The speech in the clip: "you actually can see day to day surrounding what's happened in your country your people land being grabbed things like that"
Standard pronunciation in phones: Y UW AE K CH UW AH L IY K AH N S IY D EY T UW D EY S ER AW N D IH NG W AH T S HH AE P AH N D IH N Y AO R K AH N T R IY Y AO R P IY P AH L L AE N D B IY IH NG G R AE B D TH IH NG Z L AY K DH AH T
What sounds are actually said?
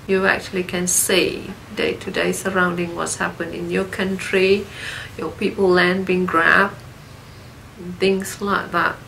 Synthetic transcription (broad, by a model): Y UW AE K CH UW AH L IY K AH N S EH D EY T UW D EY S ER AW N D IH NG W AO T S HH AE P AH N IH N Y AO K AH N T R IY Y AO P IY P AH L L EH N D B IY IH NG G R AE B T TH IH NG S L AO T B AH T